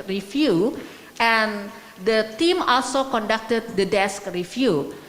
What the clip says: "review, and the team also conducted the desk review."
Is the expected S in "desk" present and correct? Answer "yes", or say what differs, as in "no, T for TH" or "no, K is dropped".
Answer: yes